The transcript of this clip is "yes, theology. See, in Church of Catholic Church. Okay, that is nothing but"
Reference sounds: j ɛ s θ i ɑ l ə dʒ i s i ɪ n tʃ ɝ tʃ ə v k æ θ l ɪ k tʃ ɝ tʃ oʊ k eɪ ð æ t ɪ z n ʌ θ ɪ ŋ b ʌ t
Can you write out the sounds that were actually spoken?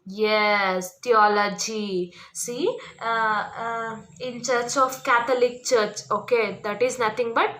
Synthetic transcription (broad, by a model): j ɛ s t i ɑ l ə dʒ i s i ɪ n tʃ ɝ tʃ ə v k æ t l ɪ k tʃ ɝ tʃ oʊ k eɪ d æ t ɪ z n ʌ t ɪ ŋ b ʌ t